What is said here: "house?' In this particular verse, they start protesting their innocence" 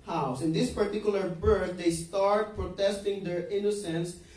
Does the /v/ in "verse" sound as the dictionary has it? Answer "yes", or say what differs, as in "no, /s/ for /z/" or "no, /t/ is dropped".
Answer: no, /b/ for /v/